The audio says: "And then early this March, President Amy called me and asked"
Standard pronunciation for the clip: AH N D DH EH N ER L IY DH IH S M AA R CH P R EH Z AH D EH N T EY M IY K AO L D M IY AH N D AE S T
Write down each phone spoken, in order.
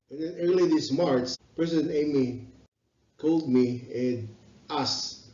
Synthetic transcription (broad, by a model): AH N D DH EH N ER L IY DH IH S M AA R S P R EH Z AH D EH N EY M IY K AO L D M IY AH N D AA S